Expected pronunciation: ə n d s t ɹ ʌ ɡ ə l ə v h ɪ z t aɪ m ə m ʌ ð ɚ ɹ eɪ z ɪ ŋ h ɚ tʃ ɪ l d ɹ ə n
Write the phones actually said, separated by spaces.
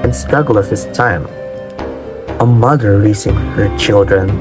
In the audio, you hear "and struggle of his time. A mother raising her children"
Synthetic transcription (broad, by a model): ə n s t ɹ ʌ ɡ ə l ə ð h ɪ s t aɪ m ə m ʌ ð ɚ l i s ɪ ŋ h ɚ tʃ ɪ l d ɹ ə n